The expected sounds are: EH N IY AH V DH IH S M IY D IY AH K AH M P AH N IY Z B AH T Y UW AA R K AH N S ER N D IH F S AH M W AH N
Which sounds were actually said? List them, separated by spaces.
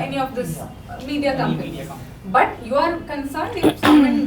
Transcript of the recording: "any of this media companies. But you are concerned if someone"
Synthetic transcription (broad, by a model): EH N IY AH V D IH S M IY D IY AH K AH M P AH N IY B AH T Y UW AA R K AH N S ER N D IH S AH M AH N